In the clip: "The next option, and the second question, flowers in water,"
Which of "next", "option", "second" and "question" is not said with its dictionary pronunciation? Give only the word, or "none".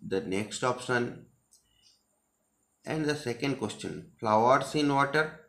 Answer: option